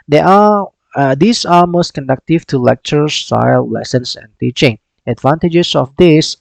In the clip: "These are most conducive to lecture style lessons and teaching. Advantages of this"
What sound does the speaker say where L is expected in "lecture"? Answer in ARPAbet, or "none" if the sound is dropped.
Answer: L